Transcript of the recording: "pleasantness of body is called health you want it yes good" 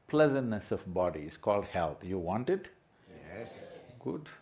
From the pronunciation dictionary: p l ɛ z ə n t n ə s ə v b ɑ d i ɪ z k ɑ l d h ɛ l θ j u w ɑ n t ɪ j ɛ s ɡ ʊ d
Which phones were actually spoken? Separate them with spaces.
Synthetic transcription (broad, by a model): p l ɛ z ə n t n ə s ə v b ɑ d i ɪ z k ɑ l d h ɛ l t j u w ɑ n t ɪ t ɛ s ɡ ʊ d